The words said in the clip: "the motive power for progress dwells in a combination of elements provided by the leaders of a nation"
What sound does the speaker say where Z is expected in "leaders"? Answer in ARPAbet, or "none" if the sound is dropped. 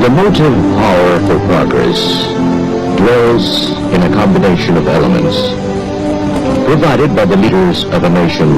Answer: Z